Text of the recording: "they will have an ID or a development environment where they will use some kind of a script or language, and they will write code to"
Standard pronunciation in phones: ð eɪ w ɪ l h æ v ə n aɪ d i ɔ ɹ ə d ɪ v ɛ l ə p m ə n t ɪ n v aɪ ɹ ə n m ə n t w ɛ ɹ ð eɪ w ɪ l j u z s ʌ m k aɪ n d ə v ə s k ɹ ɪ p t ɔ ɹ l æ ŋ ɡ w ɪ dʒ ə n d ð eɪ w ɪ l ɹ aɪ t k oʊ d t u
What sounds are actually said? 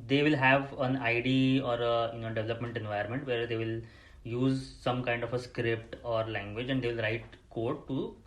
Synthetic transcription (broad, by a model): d eɪ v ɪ l h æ v ə n aɪ d i ɔ ɹ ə d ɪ v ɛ l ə p m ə n t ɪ n v aɪ ə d m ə n t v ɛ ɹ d eɪ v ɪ l j u z s ʌ m k aɪ n d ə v ə s k ɹ ɪ p t ɔ ɹ l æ ŋ ɡ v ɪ dʒ ə n d eɪ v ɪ l ɹ aɪ t k oʊ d t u